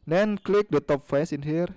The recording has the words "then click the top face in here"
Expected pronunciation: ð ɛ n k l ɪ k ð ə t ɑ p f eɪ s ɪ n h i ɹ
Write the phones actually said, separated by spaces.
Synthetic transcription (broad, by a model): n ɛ n k l ɪ k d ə t ɑ p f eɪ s ɪ n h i ɹ